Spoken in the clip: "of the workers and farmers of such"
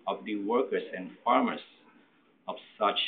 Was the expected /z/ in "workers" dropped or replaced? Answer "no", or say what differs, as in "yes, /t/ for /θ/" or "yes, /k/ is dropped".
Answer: yes, /s/ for /z/